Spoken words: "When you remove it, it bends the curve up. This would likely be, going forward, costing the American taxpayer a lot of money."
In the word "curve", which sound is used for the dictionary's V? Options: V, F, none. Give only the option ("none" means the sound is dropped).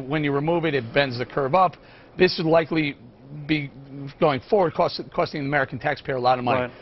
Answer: V